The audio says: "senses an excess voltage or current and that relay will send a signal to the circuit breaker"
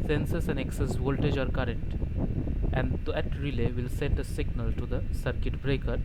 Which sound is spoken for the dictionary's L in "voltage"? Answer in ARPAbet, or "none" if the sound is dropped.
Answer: L